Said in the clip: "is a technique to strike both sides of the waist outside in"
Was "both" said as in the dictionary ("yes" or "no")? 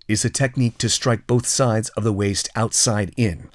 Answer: yes